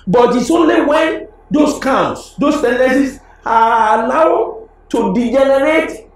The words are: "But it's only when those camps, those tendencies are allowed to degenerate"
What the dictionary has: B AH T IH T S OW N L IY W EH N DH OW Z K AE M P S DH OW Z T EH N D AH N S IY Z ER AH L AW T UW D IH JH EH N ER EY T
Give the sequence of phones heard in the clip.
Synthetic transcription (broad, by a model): B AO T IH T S OW N L IY W EH N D OW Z K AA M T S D OW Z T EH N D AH S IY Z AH N AW T UW D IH JH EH N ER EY T